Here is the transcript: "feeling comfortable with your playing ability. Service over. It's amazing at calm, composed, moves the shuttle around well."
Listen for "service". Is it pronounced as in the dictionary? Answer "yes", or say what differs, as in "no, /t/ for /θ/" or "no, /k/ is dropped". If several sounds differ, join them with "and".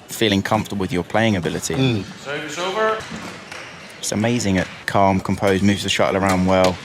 no, /v/ is dropped